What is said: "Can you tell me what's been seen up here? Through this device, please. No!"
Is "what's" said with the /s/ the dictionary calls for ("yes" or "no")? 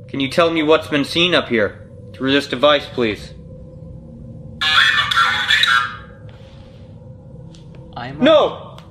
yes